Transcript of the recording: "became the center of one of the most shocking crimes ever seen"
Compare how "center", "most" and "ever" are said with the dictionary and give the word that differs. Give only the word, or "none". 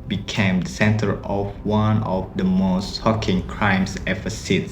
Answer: ever